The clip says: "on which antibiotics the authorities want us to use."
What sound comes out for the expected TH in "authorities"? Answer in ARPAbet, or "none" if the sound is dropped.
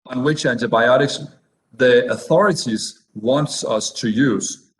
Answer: TH